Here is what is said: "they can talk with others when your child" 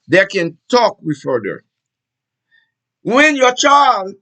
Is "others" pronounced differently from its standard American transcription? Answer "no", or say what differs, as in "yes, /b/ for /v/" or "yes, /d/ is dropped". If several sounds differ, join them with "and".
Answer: yes, /z/ is dropped